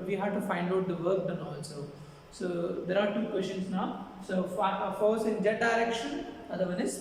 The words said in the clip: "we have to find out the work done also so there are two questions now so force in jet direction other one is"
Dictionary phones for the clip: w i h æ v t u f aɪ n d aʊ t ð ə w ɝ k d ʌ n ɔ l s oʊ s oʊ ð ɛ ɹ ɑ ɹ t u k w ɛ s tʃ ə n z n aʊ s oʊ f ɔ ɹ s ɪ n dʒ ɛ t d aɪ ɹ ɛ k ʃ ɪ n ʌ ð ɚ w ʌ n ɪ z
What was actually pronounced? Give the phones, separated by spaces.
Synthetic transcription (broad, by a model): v i h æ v t u f aɪ n d aʊ t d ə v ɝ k d ʌ n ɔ n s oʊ s oʊ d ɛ ɹ ɑ ɹ t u k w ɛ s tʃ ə n s n aʊ s oʊ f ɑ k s ɪ n dʒ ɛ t d aɪ ɹ ɛ k ʃ ɪ n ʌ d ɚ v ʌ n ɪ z